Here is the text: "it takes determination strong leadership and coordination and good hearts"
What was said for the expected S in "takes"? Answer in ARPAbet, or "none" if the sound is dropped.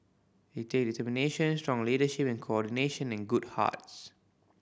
none